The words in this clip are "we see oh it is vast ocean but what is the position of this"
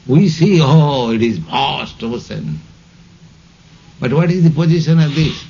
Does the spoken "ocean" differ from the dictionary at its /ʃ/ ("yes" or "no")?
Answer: yes